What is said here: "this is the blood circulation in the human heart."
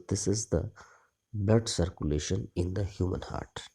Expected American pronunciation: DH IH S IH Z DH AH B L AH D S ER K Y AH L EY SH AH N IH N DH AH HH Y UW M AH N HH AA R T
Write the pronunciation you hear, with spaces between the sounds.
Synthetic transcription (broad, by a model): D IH S IH Z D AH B AH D S ER K Y AH L EY SH AH N IH N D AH HH Y UW M AH N HH AA R T